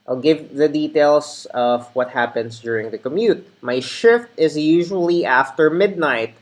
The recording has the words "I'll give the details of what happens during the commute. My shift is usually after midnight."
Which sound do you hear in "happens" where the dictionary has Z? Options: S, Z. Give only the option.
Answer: S